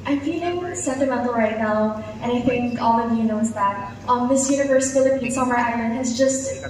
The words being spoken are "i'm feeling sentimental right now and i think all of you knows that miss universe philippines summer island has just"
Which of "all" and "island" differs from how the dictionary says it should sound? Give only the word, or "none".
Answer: none